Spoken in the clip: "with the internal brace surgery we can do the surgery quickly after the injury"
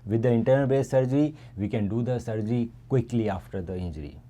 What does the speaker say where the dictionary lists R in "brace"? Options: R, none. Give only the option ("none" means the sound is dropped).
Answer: none